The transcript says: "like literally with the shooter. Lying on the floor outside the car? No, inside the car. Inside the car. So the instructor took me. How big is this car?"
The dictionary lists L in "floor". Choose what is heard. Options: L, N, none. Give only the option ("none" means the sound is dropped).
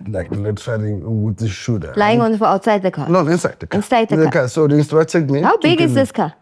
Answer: none